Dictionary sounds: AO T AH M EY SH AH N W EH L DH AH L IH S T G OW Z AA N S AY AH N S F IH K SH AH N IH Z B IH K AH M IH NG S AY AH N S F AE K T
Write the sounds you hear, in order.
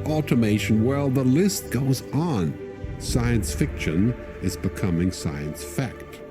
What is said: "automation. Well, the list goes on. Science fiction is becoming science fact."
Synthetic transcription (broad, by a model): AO T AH M EY SH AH N W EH L DH AH L IH S T G OW Z N S AY AH N S F IH K SH AH N IH Z B IH K AH M IH NG S AY AH N S F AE K T